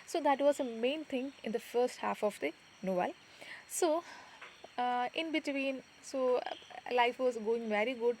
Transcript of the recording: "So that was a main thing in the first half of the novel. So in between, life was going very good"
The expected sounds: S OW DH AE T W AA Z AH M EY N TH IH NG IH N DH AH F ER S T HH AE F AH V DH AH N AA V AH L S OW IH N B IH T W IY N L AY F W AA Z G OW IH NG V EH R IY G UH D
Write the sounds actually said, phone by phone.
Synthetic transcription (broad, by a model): S OW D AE T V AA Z AH M EY N T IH NG IH N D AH F ER S T HH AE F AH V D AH N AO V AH L S OW IH N B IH T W IY N L AY F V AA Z G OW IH NG V EH R IY G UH D